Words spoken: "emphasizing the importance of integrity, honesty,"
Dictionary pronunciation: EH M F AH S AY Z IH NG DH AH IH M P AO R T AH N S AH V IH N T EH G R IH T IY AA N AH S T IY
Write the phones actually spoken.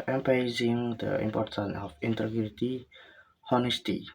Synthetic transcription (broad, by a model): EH M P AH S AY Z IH NG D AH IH M P AO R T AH N AH F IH N T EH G R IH T IY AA N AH S T IY